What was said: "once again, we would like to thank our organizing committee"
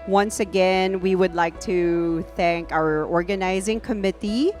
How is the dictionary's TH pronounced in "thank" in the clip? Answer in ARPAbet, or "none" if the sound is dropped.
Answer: TH